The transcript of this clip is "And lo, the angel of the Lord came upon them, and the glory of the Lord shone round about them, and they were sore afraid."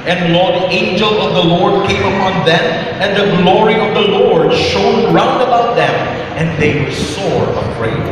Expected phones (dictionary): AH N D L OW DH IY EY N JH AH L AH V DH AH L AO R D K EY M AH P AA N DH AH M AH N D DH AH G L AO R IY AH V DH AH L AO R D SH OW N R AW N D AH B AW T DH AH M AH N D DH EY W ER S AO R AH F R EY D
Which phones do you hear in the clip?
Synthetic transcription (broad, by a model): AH N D L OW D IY EY N JH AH L AH V DH AH L AO R D K EY M AH P AA N DH AH M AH N DH AH G L AO R IY AH V DH AH L AO R D SH OW N R AW N D AH B AW T DH AH M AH N DH EY W ER S AO R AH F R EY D